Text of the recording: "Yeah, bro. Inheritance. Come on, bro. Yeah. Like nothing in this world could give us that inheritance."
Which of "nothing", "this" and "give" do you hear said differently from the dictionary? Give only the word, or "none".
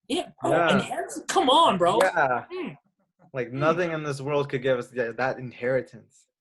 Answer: none